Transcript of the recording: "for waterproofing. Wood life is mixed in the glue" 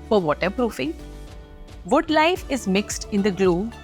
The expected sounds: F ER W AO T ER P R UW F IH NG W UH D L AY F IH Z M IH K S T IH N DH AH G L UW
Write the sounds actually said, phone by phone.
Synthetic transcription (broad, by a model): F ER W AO T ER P R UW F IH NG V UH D L AY F IH Z M IH K S T IH N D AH G L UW